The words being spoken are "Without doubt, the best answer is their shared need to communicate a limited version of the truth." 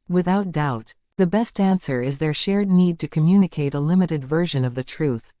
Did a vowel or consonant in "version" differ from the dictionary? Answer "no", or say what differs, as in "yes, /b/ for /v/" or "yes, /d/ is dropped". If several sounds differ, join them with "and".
no